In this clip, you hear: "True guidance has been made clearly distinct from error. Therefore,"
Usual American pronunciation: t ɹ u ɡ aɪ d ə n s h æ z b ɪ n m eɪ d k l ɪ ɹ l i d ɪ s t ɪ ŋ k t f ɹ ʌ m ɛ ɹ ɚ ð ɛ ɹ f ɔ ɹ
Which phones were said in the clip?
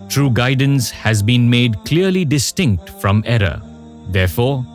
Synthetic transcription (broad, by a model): t ɹ u ɡ aɪ d ə n s h æ z b ɪ n m eɪ d k l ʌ ɹ l i d ɪ s t ɪ ŋ k t f ɹ ʌ m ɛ ɹ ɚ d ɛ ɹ f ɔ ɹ